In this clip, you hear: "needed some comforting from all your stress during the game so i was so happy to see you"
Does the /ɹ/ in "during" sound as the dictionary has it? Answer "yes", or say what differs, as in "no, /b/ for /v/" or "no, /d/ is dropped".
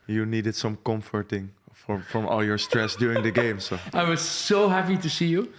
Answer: no, /ɹ/ is dropped